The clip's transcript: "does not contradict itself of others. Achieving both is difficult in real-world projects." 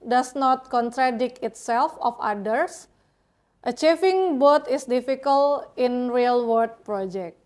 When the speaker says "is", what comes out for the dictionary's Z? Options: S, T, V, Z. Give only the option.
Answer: S